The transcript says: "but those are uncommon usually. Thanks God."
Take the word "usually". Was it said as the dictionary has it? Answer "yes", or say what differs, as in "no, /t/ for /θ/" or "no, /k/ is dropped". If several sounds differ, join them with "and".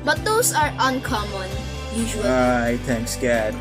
no, /l/ is dropped